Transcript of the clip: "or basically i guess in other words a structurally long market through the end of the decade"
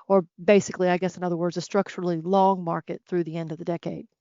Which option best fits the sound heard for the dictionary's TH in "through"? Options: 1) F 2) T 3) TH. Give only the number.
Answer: 3